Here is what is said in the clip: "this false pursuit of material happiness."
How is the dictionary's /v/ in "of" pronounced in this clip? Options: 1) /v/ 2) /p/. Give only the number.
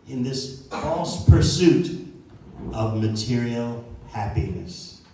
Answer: 1